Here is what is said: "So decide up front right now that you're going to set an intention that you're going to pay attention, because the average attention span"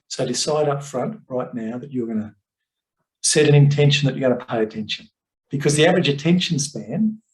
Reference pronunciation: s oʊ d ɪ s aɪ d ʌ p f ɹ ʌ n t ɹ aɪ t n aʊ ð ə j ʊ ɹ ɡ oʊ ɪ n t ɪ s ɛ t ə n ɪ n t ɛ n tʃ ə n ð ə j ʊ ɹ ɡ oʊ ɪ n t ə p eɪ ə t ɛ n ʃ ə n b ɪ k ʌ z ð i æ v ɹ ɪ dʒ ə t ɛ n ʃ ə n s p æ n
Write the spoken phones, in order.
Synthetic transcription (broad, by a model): s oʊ d ɪ s aɪ d ʌ p f ɹ ʌ n t ɹ aɪ t n aʊ ð ə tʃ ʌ ɹ ɡ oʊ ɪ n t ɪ s ɛ t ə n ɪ n t ɛ n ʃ n ð ə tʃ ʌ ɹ ɡ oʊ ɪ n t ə p eɪ ə t ɛ n ʃ ə n b ɪ k ʌ z ð i æ v ɹ ɪ dʒ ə t ɛ n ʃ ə n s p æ n